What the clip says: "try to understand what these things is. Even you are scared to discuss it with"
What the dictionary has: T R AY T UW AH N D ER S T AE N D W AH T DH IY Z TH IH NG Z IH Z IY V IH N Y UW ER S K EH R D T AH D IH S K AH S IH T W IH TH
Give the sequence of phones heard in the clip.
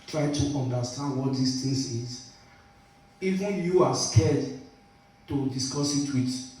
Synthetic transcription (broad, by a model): T R AY T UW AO N D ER S T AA N D W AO T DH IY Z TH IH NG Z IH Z IY V IH N Y UW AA S K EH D T AH D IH S K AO S IH T W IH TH